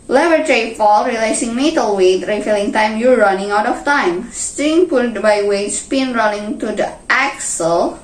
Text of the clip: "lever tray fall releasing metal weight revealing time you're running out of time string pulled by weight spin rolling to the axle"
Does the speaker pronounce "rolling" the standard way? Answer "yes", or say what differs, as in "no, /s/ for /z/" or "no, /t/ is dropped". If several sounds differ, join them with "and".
no, /n/ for /l/